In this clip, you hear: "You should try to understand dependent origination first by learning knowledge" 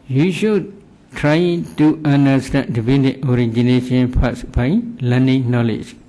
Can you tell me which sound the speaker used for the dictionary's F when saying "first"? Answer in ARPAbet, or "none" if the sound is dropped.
P